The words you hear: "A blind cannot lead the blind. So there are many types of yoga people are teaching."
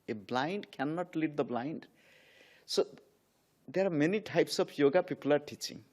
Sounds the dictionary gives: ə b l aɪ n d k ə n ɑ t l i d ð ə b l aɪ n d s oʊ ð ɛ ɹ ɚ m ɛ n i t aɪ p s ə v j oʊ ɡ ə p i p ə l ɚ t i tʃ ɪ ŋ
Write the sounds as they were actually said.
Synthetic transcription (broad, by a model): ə b l aɪ n d k ə n ɑ t l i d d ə b l aɪ n d s oʊ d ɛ ɹ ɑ m ɛ n i t aɪ p s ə b j oʊ ɡ ə p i p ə l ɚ t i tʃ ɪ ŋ